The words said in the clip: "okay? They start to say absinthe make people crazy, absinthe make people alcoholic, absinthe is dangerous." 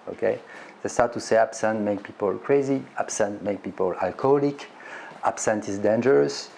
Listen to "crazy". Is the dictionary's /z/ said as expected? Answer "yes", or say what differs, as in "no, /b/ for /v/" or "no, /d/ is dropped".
yes